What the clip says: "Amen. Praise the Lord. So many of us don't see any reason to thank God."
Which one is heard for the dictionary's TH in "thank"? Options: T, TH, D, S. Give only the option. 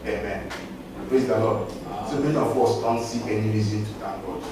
T